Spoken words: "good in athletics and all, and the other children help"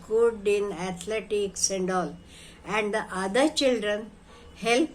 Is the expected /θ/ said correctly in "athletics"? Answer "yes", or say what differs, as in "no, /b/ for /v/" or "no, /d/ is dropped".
no, /t/ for /θ/